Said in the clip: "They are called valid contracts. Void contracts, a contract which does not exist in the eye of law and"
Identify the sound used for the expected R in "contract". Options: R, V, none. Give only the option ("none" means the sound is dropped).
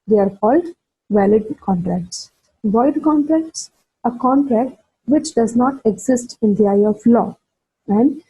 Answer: R